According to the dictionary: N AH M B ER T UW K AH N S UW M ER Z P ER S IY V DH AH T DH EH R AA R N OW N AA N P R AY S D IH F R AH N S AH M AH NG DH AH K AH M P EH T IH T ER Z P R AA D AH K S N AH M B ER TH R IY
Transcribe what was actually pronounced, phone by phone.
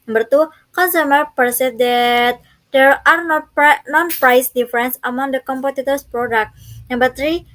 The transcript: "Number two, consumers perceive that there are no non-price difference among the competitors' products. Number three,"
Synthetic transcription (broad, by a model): N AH M B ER T UW K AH N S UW M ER P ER S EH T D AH T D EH R AA R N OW N AA N P R AY S D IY F R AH N S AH M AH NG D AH K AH M P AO T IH T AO S P R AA D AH K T N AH M B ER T R IY